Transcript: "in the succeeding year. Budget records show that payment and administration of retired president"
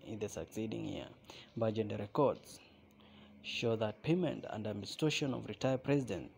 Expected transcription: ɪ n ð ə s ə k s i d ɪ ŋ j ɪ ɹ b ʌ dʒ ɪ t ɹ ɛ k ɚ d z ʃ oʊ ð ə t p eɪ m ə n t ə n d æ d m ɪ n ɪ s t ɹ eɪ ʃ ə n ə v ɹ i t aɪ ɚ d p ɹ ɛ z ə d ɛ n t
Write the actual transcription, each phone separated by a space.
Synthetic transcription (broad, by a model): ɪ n ð ə s ə k s i d ɪ ŋ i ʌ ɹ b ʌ dʒ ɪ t ɹ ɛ k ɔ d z ʃ oʊ ð ə t p eɪ m ə n t ə n d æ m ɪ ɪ s t eɪ ʃ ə n ə v ɹ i t aɪ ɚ p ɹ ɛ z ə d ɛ n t